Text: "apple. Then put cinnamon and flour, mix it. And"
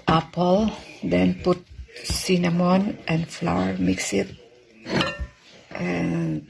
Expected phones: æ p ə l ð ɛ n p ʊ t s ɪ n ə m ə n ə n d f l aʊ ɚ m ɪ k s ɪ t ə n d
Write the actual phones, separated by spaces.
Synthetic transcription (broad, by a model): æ p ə l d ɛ n p ʊ t s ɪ n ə m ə n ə n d f l aʊ ɚ m ɪ k s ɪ t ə n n